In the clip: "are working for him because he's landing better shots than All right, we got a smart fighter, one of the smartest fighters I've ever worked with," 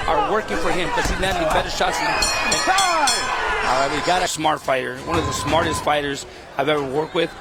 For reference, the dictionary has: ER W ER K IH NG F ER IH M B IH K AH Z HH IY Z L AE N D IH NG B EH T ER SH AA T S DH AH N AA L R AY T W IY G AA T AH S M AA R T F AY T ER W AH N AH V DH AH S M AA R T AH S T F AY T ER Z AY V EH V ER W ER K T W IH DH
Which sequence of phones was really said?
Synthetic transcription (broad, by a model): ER W ER K IH NG F ER IH M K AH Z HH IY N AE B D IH B EH T ER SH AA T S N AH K AA L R AY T W IY G AA T AH S M AA R T F AY T ER W AH N AH V DH AH S M AA R T AH S T F AY T ER Z AY V EH V ER W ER K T W IH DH